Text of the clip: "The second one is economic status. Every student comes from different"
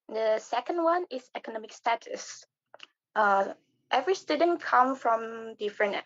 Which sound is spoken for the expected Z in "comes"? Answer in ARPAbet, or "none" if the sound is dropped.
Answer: none